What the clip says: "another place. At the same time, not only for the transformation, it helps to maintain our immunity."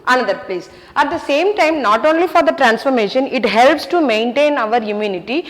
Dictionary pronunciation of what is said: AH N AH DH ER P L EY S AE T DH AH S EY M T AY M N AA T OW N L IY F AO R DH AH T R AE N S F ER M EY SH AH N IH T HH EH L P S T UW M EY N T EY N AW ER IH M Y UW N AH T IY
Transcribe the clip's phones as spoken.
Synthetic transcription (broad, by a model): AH N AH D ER P L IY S AE T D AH S EY M T AY M N AA T OW N L IY F AO R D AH T R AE N S F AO M EY SH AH N IH T HH EH L P S T UW M EY N T EY N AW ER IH M Y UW N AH T IY